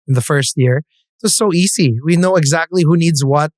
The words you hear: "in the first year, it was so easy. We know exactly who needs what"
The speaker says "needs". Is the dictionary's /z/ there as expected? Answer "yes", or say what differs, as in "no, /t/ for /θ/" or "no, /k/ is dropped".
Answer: yes